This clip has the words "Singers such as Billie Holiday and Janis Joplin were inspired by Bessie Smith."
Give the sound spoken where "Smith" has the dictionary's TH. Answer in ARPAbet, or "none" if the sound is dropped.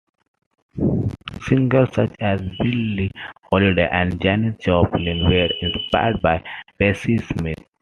T